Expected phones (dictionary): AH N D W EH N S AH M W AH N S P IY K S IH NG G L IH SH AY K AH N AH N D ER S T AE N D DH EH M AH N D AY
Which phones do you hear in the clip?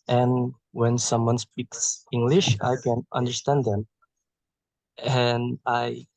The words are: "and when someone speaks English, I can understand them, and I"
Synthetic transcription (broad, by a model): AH N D W EH N S AH M W AH N S P IY K S IH NG G L IH SH AY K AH N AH N D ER S T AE N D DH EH M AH N AY